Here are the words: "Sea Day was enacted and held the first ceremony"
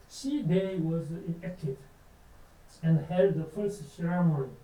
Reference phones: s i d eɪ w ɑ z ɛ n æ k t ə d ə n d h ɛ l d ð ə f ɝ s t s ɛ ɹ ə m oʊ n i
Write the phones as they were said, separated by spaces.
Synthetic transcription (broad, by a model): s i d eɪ w ɑ z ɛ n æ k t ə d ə n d h ɛ l d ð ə f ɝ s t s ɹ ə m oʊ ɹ